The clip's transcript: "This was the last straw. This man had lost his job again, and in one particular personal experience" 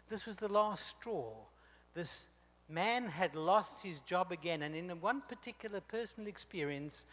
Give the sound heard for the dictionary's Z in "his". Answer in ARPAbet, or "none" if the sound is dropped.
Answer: Z